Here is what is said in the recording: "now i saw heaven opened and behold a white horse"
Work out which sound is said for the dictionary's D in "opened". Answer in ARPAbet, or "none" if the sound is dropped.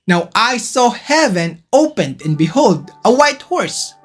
D